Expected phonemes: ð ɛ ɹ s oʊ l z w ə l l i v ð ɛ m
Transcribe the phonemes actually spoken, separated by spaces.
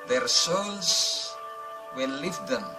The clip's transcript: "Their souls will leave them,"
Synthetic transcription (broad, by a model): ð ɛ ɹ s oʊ n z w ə n l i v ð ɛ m